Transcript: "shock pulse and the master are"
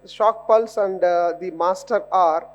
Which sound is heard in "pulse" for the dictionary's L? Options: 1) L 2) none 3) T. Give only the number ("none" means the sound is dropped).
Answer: 1